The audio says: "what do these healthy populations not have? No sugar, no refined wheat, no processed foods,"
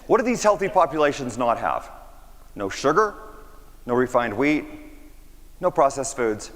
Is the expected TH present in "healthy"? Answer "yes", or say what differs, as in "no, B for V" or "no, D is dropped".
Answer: yes